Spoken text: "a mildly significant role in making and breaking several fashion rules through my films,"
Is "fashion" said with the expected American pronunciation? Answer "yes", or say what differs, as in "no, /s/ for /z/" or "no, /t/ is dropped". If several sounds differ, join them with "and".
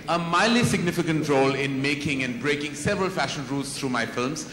yes